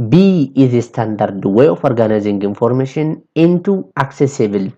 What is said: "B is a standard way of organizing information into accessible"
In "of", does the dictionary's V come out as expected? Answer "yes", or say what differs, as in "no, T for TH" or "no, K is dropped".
no, F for V